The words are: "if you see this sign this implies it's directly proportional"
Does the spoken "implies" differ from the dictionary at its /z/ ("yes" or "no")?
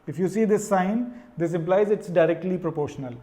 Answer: no